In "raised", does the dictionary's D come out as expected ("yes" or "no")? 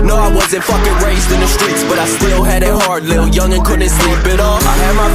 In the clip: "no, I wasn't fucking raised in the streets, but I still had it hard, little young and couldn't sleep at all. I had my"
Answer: yes